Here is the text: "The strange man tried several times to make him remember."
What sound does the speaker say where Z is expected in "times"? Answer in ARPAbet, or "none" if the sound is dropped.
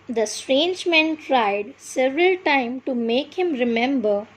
none